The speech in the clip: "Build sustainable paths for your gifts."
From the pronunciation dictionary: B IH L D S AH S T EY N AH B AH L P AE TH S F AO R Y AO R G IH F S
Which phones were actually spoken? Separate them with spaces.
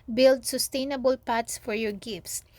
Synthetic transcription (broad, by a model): B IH L D S AH S T EY N AH B AH L P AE T S F AO R Y AO R G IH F S